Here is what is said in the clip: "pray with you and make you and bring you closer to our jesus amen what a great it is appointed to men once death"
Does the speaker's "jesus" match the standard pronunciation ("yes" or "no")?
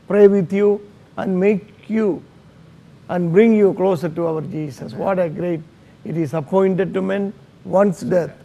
no